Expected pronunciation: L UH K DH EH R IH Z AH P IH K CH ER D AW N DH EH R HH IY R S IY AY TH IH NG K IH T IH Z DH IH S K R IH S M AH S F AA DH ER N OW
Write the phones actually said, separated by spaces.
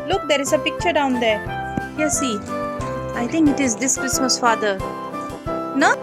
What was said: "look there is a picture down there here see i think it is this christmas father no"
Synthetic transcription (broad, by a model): L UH K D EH R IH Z AH P IH K CH ER D AW N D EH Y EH S IY AY T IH NG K IH T IH Z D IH S K R IH S M AH S F AA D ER N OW